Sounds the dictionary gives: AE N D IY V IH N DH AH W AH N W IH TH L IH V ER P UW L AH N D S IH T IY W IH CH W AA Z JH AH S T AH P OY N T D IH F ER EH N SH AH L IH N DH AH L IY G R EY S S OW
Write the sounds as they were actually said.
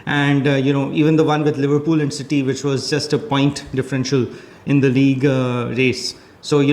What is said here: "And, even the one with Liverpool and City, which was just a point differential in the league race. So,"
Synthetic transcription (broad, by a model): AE N D IY V IH N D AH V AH N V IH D L IH V ER P UW L AH N D S IH T IY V IH CH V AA Z JH AH S T AH P OY N T D IH F ER EH N SH AH L IH N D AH L IY G R EY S S OW